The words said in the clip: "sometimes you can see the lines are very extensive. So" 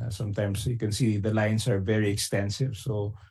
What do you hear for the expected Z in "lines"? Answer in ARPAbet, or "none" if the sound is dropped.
S